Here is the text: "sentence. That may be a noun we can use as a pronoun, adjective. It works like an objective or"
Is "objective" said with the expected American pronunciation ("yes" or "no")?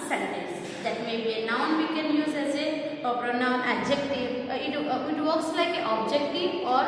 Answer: no